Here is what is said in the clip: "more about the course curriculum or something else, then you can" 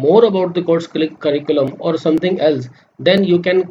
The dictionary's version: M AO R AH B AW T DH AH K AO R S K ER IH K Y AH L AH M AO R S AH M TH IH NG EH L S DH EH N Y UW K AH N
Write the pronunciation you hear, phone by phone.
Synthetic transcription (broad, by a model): M AO R AH B AW T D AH K AO R S K ER IH K Y AH L AH M AO R S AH M T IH NG EH L S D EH N Y UW K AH N